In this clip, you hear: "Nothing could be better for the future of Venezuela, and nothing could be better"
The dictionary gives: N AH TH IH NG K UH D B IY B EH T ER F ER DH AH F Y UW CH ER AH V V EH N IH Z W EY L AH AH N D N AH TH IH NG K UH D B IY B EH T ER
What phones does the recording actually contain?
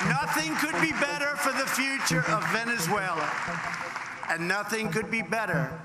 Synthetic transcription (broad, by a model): N AH TH IH NG K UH D B IY B EH T ER F ER DH AH F Y UW CH ER AH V V EH N IH Z W EY L AH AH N N AH TH IH NG K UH D B IY B EH T ER